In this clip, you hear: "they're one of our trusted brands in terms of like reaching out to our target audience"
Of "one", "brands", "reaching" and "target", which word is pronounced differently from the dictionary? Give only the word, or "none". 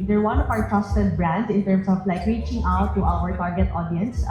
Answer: brands